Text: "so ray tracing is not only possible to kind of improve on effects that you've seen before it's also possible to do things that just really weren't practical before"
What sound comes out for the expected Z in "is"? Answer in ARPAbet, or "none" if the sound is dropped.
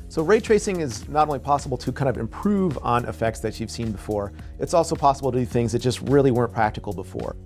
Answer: Z